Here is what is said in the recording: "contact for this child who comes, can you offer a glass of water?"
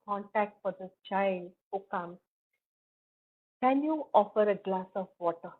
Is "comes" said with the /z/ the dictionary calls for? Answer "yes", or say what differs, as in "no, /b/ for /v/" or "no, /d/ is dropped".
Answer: no, /z/ is dropped